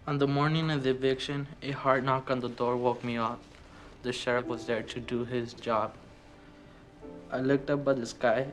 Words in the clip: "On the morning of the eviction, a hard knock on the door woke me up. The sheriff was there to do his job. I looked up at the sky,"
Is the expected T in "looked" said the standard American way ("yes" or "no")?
yes